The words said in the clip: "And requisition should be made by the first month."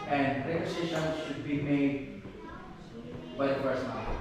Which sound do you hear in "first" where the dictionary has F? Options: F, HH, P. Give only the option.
P